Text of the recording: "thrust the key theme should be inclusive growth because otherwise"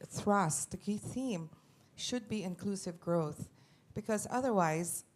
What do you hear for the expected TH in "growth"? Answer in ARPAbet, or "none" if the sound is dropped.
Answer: TH